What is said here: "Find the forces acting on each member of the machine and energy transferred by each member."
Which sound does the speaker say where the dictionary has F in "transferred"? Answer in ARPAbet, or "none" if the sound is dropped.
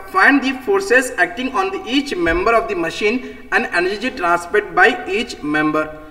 P